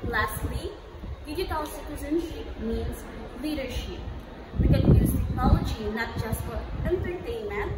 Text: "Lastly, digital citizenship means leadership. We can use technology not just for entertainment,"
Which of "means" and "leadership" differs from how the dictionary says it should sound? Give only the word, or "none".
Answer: none